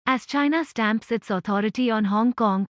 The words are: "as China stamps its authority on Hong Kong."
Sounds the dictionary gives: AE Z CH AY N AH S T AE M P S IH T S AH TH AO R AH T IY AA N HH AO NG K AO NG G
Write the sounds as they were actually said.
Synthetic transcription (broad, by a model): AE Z CH AY N AH S T AE M P S IH T S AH T AO R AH T IY AA N HH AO NG K AO NG G